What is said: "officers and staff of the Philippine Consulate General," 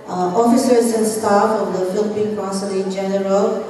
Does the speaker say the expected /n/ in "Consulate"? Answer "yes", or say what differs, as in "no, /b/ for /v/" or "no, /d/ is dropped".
no, /n/ is dropped